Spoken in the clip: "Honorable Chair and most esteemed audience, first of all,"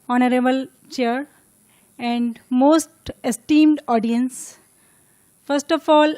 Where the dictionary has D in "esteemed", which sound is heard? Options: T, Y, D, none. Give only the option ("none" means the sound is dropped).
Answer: D